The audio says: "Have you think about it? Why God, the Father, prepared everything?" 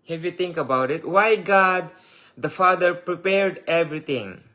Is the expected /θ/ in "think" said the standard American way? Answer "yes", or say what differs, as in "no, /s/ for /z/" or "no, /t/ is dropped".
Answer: no, /t/ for /θ/